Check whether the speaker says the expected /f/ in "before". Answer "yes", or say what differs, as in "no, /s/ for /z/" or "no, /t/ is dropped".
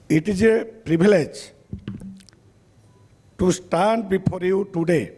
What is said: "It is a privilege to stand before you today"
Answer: no, /p/ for /f/